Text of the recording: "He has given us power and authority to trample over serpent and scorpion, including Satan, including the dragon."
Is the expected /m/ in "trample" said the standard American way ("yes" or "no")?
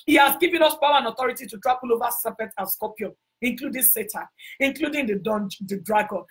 no